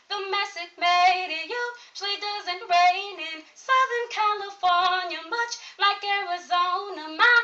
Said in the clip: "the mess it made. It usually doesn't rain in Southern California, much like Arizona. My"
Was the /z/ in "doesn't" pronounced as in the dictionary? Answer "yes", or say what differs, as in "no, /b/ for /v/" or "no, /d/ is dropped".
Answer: yes